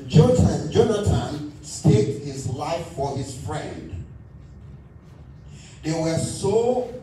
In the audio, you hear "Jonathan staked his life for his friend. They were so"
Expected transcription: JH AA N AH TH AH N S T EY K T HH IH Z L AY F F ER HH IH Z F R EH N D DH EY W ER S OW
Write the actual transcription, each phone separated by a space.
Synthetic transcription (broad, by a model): JH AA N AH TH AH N S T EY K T HH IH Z L AY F F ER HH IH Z F R EH N D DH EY W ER S OW